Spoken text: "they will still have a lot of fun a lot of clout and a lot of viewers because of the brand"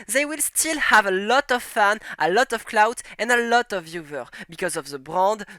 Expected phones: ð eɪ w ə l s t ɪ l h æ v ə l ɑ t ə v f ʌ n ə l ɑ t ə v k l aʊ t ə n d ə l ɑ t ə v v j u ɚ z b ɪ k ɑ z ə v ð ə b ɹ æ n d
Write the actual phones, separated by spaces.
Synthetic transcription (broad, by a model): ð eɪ w ə l s t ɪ l h æ v ə l ɑ t ə v f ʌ n ə l ɑ t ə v k l aʊ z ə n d ə l ɑ t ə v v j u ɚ b ɪ k ɑ z ə v ð ə b ɹ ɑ n d